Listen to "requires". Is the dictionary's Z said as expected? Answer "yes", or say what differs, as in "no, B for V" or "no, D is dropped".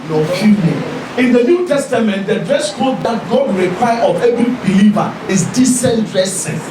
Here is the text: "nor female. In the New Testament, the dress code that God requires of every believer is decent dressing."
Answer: no, Z is dropped